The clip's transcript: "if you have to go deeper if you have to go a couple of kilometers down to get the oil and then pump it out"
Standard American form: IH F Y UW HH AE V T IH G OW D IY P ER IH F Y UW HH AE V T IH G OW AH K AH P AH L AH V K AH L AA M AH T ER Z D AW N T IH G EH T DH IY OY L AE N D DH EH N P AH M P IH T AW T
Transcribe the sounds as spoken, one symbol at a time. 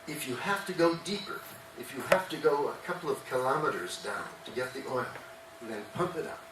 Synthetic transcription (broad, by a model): IH F Y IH HH AE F T IH G OW D IY P ER IH F Y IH HH AE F T IH G OW AH K AH P L AH V K AH L AA M AH T ER Z D AW N T IH G EH T DH IY OY L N DH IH N P AH M P IH T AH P